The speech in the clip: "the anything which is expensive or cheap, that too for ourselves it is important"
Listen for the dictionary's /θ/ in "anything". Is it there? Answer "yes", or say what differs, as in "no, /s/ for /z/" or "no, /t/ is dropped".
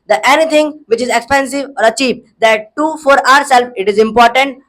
no, /t/ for /θ/